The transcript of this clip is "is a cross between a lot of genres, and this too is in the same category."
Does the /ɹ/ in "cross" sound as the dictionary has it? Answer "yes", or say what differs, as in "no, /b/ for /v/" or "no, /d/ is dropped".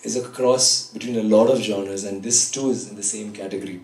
yes